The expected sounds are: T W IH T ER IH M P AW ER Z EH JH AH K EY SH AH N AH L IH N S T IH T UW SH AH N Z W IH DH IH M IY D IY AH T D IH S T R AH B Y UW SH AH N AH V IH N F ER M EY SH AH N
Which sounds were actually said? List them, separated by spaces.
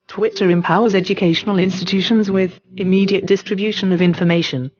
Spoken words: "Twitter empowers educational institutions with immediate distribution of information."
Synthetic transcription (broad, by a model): T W IH T ER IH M P AW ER Z EH JH AH K EY SH AH N AH L IH N S T IH T UW SH AH N Z W IH DH IH M IY D IY AH T D IH S T R AH B Y UW SH AH N AH V IH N F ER M EY SH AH N